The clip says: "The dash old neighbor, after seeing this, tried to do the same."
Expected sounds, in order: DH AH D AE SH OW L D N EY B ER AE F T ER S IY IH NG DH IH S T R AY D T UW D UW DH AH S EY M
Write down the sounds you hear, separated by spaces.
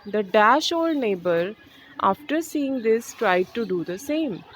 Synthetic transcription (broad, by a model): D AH D AE SH OW L D N EY B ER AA F T ER S IY IH NG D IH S T R AY D T UW D UW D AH S EY M